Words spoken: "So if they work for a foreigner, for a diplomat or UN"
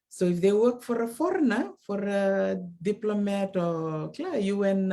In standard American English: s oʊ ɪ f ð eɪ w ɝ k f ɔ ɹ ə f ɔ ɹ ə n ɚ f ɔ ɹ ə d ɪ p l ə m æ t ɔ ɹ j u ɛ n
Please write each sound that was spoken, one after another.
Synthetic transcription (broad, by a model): s oʊ ɪ f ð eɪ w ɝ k f ɔ ɹ ə f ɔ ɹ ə n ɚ f ɔ ɹ ə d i p l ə m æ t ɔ l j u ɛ n